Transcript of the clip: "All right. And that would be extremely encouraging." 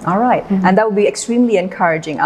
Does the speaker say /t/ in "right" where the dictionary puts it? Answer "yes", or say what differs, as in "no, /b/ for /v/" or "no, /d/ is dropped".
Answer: yes